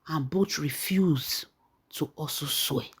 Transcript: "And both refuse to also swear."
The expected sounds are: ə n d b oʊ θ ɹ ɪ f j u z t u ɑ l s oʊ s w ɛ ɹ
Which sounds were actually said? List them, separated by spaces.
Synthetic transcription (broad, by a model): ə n b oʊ t ɹ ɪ f j u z t u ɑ s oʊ s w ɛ